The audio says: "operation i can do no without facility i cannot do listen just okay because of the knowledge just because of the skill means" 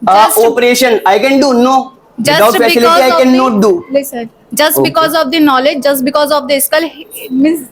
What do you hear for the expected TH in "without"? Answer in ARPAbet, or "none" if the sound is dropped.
S